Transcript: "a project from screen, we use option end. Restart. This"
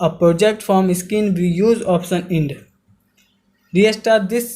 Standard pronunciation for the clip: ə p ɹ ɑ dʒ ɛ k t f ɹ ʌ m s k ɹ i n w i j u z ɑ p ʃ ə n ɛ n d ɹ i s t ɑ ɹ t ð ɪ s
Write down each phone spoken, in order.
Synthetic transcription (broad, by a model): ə p ɹ ɑ dʒ ɛ k t f ɹ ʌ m s k i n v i j u z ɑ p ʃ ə n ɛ n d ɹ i s t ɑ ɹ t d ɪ s